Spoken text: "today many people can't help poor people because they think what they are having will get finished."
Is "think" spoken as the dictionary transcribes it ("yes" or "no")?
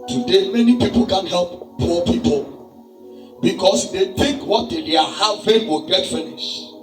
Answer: no